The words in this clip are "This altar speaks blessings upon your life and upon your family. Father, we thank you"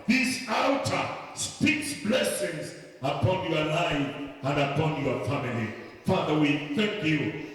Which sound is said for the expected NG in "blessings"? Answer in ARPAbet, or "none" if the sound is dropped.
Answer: NG